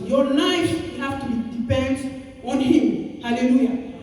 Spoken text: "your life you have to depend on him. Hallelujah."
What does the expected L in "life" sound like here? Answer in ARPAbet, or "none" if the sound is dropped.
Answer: N